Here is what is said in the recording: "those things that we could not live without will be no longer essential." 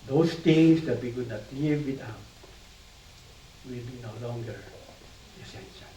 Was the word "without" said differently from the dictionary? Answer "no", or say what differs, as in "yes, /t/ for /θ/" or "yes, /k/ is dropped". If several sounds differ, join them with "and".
yes, /t/ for /θ/